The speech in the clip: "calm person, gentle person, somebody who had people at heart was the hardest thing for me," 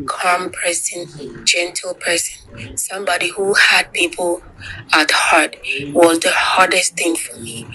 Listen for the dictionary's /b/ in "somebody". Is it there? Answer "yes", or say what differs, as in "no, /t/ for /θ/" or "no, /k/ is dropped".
yes